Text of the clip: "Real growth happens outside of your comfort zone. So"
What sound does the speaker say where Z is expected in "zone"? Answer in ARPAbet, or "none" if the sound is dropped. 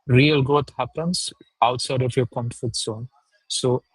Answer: S